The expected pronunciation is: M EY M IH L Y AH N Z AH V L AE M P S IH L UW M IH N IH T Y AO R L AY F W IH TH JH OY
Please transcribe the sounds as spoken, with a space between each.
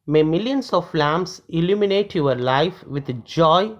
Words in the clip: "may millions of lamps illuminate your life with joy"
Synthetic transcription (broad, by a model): M EY M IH L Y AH N S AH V L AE M S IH L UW M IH N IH T Y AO R L AY F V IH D JH OY